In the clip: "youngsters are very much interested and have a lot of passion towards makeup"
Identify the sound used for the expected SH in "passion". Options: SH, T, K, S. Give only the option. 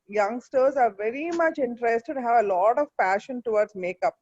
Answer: SH